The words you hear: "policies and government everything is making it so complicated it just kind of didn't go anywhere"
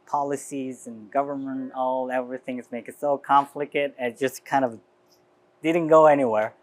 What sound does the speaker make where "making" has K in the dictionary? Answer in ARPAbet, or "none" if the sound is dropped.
none